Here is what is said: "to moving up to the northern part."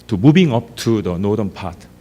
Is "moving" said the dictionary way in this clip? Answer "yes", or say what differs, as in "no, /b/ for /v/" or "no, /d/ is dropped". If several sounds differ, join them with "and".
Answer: no, /b/ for /v/